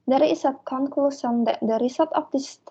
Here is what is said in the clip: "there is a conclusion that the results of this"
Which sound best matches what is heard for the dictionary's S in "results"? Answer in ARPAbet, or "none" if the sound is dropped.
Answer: none